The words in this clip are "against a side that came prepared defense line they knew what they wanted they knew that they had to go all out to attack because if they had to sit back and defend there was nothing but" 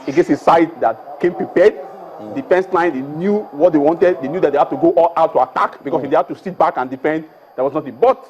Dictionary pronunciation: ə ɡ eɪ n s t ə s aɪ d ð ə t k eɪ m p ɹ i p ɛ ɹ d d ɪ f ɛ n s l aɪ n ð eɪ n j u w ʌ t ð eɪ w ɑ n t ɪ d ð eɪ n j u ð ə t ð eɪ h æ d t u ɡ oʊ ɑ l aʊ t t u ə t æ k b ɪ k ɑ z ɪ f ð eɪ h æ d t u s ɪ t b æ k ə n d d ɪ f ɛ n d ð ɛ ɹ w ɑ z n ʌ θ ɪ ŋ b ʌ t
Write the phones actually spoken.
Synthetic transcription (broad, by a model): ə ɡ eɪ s ə s aɪ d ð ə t k eɪ m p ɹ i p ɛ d d ɪ f ɛ n s l aɪ n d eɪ n j u w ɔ t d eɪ w ɑ n t ɪ d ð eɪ n j u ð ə t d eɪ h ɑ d t u ɡ oʊ ɑ l aʊ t t u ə t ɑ k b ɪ k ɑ s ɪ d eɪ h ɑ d t u s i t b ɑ k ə n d d ɪ f ɛ n d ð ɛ w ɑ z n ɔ t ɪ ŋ b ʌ t